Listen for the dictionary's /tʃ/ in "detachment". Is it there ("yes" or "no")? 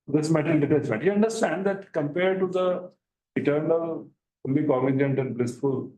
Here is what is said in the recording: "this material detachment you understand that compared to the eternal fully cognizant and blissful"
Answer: no